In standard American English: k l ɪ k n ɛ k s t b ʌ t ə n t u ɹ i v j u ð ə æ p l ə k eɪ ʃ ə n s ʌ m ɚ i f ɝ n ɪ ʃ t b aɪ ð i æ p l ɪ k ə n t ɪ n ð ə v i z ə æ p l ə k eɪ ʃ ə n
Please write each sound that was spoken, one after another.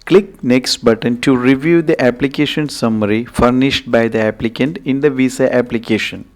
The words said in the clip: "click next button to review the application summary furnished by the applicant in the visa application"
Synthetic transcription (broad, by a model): k l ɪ k n ɛ k s t b ʌ t ə n t u ɹ i v j u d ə æ p l ə k eɪ ʃ ə n s ʌ m ɚ i f ɝ n ɪ ʃ t b aɪ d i æ p l ɪ k ə n t ɪ n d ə v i s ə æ p l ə k eɪ ʃ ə n